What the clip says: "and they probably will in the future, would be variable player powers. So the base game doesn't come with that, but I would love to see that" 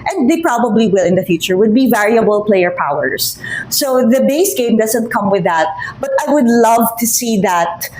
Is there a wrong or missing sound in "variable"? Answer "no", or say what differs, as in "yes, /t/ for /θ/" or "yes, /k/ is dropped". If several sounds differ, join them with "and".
no